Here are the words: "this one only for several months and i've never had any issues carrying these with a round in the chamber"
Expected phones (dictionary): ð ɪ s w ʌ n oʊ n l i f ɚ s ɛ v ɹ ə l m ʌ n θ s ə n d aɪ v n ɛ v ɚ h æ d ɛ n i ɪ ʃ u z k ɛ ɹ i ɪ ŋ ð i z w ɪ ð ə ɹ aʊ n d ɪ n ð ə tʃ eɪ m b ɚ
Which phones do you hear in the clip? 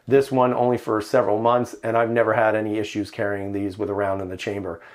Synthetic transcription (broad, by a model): ð ɪ s w ʌ n oʊ n l i f ɚ s ɛ v ɹ l m ʌ n θ s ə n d aɪ v n ɛ v ɚ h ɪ d ɛ n i ɪ ʃ u z k ɛ ɹ i ɪ ŋ ð i z w ɪ ð ə ɹ aʊ n d ɪ n ð ə tʃ eɪ m b ɚ